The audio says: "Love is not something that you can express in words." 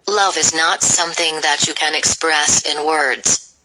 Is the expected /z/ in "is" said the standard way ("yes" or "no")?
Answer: yes